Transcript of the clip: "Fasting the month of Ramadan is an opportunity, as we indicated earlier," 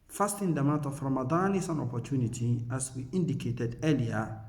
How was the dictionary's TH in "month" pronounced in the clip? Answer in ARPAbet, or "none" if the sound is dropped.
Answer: T